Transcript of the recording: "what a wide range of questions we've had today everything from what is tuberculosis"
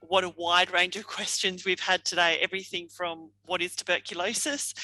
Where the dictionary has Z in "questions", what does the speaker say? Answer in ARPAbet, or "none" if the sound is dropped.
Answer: Z